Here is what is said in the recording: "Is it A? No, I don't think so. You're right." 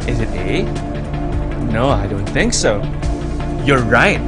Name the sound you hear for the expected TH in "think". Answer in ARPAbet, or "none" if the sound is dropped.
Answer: TH